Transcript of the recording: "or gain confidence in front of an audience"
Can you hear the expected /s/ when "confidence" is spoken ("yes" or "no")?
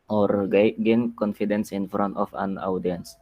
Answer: yes